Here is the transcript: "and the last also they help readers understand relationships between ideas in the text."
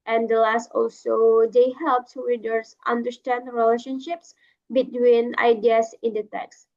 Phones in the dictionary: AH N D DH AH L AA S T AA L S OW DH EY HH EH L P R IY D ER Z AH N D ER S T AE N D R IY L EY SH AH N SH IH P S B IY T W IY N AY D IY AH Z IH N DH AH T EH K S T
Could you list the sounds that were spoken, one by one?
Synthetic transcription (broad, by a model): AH N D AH L AA S T AA L S OW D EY HH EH L P W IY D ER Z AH N D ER S T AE N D R IY L EY SH AH N SH IH P S B IY T W IY N AY D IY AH S IH N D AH T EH K S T